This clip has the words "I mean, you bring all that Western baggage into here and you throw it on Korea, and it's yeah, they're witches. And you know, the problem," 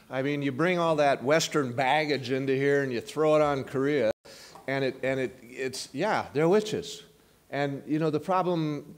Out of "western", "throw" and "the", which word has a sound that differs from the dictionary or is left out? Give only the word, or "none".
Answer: none